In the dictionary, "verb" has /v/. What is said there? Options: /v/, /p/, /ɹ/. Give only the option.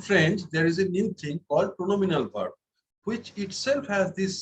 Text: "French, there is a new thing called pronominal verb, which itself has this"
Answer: /p/